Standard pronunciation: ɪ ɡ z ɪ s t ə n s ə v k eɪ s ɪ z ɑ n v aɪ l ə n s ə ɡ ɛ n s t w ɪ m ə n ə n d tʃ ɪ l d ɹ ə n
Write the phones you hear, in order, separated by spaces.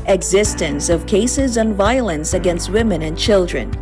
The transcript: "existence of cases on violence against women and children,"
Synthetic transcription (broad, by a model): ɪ ɡ z ɪ s t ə n s ə v k eɪ s ɪ z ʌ n v aɪ l ə n s ə ɡ ɛ n s t w ɪ m ə n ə n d tʃ ɪ l d ɹ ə n